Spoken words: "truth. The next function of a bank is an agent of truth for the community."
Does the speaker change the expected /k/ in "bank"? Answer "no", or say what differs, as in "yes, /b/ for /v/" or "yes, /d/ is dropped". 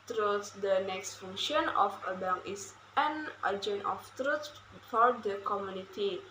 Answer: yes, /k/ is dropped